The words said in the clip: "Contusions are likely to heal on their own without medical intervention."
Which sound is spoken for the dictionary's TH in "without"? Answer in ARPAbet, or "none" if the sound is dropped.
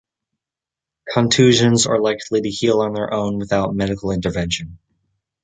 TH